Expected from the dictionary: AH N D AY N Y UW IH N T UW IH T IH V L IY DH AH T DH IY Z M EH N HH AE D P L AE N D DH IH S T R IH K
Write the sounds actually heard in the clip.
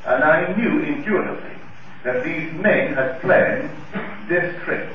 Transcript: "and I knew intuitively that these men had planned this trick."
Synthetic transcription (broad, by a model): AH N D AY N Y UW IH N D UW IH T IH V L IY DH AH T DH IY Z M EH N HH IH D P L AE N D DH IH S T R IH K